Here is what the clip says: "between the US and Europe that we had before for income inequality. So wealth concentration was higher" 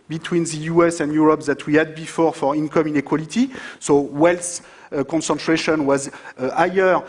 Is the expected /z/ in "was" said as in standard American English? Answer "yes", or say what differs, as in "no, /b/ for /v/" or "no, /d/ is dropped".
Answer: yes